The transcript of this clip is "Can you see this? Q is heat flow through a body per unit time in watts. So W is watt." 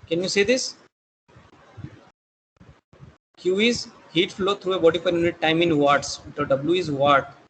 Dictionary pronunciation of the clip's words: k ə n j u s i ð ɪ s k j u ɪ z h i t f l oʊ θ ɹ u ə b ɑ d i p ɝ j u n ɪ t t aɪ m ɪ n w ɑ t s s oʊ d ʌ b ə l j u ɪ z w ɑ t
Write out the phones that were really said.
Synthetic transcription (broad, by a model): k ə n j u s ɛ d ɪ s k j u ɪ z h i t f l oʊ t ɹ u ə b ɑ d i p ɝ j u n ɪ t t aɪ m ɪ n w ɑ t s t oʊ d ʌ b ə l j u ɪ z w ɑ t